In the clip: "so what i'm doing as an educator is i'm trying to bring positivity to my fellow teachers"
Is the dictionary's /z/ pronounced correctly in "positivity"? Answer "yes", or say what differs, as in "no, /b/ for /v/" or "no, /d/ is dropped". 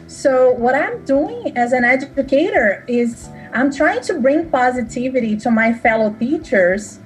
yes